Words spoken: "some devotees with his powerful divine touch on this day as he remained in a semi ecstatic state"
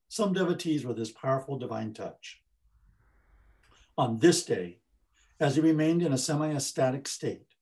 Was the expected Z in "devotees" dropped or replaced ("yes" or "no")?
no